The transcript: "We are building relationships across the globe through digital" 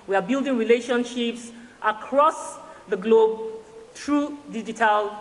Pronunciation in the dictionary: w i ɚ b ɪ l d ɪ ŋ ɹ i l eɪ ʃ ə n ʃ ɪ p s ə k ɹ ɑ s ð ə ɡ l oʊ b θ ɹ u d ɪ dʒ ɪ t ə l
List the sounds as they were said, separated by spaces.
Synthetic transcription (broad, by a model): w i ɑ b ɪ l d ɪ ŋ ɹ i l eɪ ʃ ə n ʃ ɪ p s ə k ɹ ɑ s ð ə ɡ l oʊ b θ ɹ u d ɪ dʒ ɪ t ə l